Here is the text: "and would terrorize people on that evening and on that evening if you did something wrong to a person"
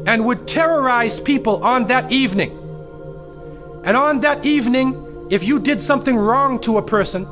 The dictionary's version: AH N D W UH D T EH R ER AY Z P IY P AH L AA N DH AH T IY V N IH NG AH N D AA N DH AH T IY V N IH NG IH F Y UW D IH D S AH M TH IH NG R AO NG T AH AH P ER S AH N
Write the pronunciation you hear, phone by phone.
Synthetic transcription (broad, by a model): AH N W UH D T EH R ER AY Z P IY P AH L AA N DH AH T IY V N IH NG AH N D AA N DH AH T IY V N IH NG IH F Y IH D IH D S AH M TH IH NG R AO NG T AH AH P ER S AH N